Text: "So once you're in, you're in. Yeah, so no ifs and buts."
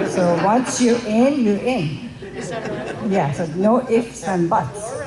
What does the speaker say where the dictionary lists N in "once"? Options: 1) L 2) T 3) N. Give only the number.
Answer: 3